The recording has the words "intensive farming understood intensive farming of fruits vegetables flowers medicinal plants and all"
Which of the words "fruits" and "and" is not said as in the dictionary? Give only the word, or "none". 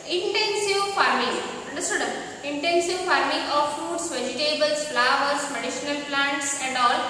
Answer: fruits